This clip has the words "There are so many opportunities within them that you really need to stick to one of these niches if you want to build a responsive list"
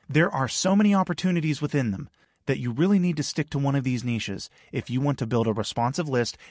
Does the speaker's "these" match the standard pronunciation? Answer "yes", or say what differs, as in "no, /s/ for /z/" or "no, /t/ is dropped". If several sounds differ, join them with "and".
yes